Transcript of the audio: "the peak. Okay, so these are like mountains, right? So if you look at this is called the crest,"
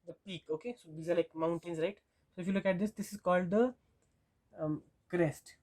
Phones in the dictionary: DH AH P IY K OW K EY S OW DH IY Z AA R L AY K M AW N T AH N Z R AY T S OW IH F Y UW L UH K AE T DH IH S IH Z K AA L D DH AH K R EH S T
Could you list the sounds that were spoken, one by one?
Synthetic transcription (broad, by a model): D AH P IY K OW K EY S OW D IY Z AA R L AY K M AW N T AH N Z R AY T S OW IH F Y UW L UH K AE T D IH S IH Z K AA L D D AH K R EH S T